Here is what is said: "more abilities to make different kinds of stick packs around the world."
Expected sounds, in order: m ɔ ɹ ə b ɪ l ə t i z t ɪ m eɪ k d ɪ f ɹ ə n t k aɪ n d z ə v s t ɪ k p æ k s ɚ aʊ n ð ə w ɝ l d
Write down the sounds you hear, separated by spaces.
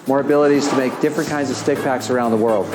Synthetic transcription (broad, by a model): m ɔ ɹ ə b ɪ l ə t i z t ɪ m eɪ k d ɪ f ɹ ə n k aɪ n d z ə v s t ɪ k p æ k s ɚ aʊ n ð ə w ɝ l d